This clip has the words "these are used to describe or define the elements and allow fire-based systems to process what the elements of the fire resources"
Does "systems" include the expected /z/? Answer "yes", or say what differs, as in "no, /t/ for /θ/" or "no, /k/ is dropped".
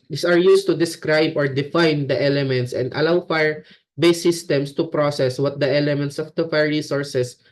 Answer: no, /s/ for /z/